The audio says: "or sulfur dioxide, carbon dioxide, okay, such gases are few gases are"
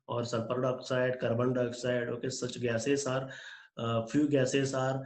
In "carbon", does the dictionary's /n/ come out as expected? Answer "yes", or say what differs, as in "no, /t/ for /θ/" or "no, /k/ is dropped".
no, /l/ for /n/